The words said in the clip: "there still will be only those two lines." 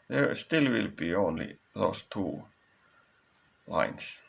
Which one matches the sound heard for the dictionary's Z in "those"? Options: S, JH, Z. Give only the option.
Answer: S